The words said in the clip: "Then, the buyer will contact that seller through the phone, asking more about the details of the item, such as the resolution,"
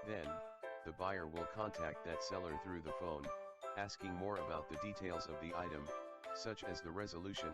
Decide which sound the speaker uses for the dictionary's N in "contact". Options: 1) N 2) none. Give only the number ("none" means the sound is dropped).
1